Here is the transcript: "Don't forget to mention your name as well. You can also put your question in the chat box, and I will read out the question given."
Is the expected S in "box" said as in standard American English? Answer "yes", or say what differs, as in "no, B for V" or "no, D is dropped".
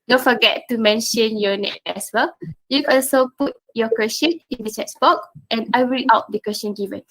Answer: no, S is dropped